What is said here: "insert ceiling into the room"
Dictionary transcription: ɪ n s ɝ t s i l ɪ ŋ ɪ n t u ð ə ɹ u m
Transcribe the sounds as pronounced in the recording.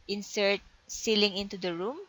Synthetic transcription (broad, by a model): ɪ n s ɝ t s i l ɪ ŋ ɪ n t u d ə ɹ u m